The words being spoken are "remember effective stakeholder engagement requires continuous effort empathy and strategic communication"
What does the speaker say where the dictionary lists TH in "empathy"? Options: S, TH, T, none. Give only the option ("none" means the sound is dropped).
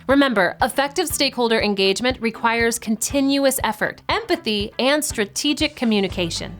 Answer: TH